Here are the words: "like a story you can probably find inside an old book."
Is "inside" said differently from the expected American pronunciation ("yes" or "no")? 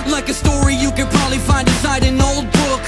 yes